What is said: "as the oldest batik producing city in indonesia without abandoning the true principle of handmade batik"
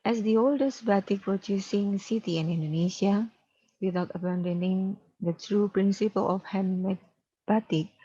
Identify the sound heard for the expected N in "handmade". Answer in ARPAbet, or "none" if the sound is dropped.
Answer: none